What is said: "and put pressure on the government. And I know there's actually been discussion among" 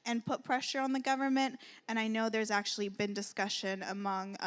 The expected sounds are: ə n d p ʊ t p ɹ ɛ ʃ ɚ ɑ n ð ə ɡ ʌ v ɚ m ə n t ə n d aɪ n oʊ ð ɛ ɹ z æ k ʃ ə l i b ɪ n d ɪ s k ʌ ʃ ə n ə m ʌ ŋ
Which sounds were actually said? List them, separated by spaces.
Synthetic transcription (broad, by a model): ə n p ʊ t p ɹ ɛ ʃ ɚ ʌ n ð ə ɡ ʌ v ɚ m ə n t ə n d aɪ n oʊ ð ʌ ɹ z æ k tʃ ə l i b ɪ n d ɪ s k ʌ ʃ ə n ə m ʌ ŋ